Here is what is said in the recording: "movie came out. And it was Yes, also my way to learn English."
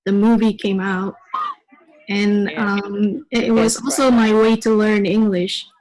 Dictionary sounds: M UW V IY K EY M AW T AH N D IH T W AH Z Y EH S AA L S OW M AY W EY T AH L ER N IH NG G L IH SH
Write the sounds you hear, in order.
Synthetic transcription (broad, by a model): M UW V IY K EY M AW T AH N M IH T W AH Z AA L S OW M AY W EY T AH L ER N IH NG G L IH SH